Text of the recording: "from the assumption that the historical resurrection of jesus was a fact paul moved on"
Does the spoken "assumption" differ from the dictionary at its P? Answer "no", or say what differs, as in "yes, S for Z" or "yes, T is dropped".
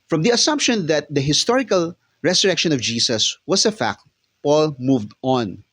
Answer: no